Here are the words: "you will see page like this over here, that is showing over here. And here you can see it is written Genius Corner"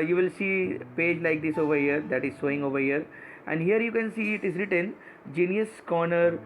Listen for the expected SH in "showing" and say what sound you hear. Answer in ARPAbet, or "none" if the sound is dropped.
S